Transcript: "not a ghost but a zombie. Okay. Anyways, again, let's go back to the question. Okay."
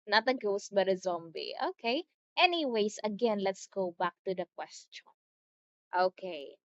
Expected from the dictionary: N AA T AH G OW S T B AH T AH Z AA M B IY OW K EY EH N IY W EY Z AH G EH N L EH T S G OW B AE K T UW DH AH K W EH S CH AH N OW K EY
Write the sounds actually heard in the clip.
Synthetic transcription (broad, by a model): N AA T AH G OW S B AH T AH Z AA M B IY OW K EY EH N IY W EY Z AH G EH N L EH T S G OW B AE K T UW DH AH K W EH S CH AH N OW K EY